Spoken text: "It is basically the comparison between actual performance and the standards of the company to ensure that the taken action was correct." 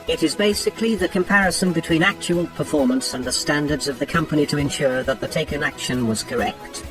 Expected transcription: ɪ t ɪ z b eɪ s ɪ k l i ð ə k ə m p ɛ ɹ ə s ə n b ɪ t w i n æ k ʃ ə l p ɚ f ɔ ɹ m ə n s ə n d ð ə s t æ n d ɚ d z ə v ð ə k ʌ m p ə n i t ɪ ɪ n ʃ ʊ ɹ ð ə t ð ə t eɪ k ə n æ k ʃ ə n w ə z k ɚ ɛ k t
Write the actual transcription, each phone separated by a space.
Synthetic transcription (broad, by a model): ɪ t ɪ z b eɪ s ɪ k l i ð ə k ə m p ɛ ɹ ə s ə n b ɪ t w i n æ k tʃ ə l p ɚ f ɔ ɹ m ə n s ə n ð ə s t æ n d ɚ d z ə v ð ə k ʌ m p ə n i t ɪ ɪ n ʃ ʊ ɹ ð ə t ð ə t eɪ k ə n æ k ʃ ə n w ə z k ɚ ɛ k t